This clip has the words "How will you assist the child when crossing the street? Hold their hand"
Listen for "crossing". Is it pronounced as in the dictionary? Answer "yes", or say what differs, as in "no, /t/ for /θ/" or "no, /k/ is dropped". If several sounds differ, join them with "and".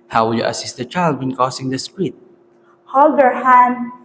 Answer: no, /ɹ/ is dropped